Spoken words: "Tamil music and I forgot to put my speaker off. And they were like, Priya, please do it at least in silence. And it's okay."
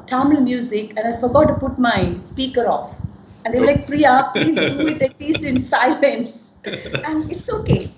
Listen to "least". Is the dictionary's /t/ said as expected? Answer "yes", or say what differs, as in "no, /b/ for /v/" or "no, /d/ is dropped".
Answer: no, /t/ is dropped